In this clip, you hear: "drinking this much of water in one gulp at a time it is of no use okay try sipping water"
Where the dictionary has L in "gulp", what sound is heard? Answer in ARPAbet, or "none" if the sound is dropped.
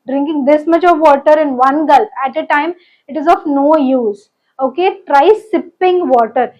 L